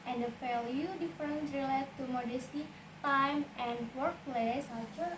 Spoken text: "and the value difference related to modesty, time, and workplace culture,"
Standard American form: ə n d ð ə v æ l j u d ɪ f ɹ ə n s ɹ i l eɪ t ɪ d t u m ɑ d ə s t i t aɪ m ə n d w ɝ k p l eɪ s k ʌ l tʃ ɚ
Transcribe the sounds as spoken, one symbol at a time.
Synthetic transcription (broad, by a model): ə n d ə f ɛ l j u d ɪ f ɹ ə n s ɹ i l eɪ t t u m ɑ d ə s t i t aɪ m ə n d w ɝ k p l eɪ s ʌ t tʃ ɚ